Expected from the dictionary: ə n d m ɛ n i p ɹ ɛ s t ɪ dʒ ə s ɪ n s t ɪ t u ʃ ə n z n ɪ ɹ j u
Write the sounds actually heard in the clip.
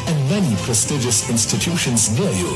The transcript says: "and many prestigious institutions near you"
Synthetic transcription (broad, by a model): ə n m ɛ n i p ɹ ɛ s t ɪ dʒ ə s ɪ n s t ɪ t u ʃ ə n z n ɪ l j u